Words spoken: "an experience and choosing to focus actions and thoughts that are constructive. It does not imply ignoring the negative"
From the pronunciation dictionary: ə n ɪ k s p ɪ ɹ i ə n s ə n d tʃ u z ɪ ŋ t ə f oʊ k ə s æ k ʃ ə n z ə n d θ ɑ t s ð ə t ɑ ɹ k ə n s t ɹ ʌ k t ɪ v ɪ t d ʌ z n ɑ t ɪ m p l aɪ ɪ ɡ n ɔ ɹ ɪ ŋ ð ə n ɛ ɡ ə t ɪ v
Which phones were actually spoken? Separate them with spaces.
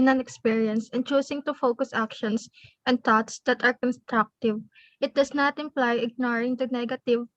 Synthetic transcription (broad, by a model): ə n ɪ k s p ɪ ɹ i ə n s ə n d tʃ u s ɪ ŋ t ə f oʊ k ə s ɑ k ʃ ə n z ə n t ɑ t s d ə t ɑ ɹ k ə n s t ɹ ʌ k t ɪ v ɪ t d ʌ s n ɑ t ɪ m p l aɪ ɪ ɡ n ɔ ɹ ɪ ŋ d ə n ɛ ɡ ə t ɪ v